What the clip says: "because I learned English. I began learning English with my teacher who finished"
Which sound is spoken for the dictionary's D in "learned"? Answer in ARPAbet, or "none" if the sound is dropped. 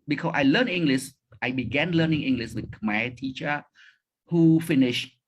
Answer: none